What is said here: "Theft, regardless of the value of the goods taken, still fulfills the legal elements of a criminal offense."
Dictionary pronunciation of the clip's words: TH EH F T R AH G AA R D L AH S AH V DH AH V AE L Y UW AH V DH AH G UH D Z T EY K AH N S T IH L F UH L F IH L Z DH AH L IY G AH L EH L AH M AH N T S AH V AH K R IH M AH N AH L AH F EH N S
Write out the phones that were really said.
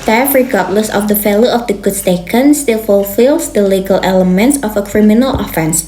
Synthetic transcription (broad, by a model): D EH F R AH G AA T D L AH S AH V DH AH F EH L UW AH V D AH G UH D S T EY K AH N S T IH L F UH L F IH L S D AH L IY G AH L EH L AH M AH N T S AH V AH K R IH M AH N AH L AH F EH N S